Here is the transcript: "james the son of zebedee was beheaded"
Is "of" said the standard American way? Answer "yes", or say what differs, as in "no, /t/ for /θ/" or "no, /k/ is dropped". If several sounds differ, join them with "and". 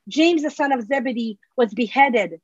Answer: yes